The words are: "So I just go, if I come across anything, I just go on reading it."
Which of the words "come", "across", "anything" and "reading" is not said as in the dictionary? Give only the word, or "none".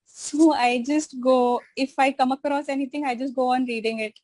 anything